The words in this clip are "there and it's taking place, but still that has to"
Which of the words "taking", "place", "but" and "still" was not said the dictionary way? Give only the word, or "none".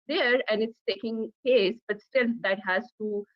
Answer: place